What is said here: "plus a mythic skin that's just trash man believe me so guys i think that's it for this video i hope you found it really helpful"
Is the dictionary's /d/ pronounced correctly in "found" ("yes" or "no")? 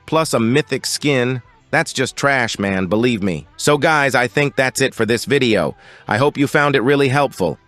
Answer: yes